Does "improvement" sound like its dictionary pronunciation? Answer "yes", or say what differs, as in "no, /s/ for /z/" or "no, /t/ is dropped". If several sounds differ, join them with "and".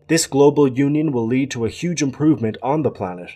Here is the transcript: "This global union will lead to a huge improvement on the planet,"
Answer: yes